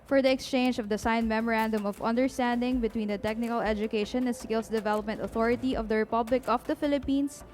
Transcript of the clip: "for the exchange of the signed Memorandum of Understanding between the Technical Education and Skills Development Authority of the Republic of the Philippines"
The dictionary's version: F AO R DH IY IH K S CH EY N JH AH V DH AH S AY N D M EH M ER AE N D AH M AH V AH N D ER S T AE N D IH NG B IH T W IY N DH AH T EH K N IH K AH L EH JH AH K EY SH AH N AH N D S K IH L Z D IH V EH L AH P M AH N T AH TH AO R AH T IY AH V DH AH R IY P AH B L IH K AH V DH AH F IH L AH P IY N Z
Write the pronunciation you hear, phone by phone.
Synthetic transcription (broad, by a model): F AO R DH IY IH K S CH EY N JH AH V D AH S AY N M EH M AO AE N D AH M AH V AH N D ER S T AE N D IH NG B IH T W IY N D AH T EH K N IH K AH L EH JH AH K EY SH AH N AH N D S K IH L S D IH V EH L AH P M AH N T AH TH AO R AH T IY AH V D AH R IY P AH B L IH K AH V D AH F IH L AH P IY N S